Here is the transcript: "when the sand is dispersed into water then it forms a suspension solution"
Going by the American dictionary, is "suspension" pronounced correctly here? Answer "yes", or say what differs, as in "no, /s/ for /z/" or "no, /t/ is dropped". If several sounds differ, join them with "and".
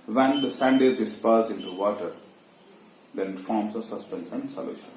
no, /s/ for /ʃ/